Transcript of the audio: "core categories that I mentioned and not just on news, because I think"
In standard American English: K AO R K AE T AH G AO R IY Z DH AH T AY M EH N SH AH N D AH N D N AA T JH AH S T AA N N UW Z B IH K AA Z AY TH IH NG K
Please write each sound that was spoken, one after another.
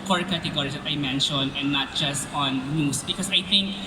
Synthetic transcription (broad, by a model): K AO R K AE T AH G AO R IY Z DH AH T AY M EH N SH AH N D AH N N AA T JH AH S T AA N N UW S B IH K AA S AY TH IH NG K